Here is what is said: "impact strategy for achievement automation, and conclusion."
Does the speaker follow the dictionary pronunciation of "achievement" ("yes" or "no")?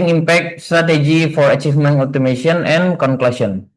no